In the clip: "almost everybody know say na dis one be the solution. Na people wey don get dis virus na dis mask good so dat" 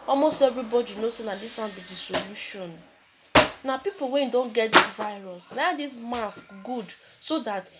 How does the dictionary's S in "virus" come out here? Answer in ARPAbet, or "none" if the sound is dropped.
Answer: S